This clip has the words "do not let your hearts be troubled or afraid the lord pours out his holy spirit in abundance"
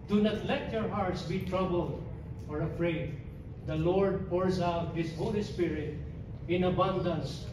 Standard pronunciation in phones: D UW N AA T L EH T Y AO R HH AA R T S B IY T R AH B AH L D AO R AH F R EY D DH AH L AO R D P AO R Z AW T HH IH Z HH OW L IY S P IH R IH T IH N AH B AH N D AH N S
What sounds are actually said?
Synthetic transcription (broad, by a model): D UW N AA T L EH T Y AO R HH AA R T S B IY T R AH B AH L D AO R AH F R EY D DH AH L AO R D P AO R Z AW T HH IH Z HH OW L IY S P IH R IH T IH N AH B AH N D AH N S